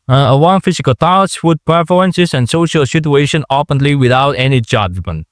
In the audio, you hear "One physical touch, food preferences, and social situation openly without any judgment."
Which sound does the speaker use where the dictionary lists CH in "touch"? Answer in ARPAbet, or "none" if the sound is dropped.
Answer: S